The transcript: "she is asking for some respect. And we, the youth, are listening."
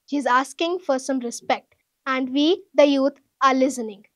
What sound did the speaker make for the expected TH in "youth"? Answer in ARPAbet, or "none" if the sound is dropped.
T